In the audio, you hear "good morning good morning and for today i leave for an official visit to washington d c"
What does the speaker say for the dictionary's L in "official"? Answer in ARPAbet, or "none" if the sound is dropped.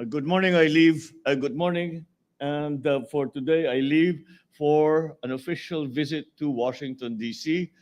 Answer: L